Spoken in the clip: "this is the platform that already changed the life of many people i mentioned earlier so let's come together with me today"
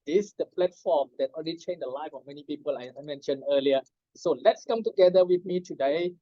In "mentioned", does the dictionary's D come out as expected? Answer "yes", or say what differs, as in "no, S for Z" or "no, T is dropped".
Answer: no, D is dropped